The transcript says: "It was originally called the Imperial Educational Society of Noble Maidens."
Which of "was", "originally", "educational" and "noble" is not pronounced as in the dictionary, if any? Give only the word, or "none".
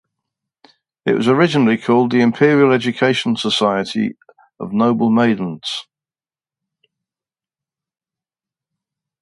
educational